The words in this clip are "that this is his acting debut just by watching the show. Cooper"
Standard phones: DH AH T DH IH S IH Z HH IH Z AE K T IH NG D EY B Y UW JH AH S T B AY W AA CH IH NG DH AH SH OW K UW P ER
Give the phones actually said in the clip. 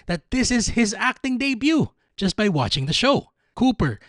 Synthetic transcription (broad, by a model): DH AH T DH IH S IH Z HH IH Z AE K T IH NG D EY B Y UW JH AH S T B AY W AA CH IH NG DH AH SH OW K UW P ER